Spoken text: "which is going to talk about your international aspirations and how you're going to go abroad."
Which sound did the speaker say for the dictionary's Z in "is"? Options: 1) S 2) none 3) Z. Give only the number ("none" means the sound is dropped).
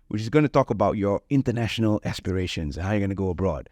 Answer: 3